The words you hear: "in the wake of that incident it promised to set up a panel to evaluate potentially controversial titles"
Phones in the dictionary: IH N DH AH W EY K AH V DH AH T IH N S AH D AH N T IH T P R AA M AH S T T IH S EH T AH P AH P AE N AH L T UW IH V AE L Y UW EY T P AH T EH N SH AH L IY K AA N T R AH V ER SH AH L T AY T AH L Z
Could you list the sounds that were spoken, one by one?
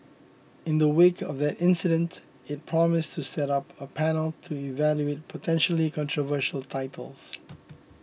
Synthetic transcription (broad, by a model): IH N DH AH W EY K AH V DH AH T IH N S AH D AH N T IH T P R AA M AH S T T IH S EH T AH P AH P AE N AH L T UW IH V AE L Y UW EY T P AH T EH N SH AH L IY K AA N T R AH V ER SH AH L T AY T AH L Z